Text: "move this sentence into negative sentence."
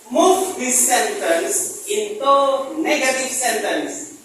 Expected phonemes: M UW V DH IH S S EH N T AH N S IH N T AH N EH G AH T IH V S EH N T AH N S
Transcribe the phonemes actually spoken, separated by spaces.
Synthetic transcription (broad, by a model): M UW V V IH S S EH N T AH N S IH N T AH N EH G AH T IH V S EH N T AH N S